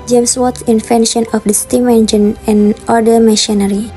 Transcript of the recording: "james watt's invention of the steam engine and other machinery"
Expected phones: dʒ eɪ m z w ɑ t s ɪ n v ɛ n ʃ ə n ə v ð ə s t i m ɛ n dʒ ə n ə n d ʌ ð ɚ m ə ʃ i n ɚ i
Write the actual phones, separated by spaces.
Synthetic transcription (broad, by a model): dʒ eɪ m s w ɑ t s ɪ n f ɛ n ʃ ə n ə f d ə s t i m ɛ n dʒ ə n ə n d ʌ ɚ m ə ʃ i n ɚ i